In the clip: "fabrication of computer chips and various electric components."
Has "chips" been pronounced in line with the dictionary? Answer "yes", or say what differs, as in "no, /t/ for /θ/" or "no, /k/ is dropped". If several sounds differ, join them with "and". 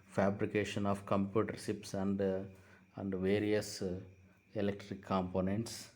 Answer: no, /ʃ/ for /tʃ/